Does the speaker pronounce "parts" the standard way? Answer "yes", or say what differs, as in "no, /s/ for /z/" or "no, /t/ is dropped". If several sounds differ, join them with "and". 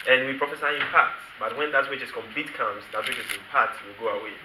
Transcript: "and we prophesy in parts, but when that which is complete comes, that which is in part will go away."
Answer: no, /s/ is dropped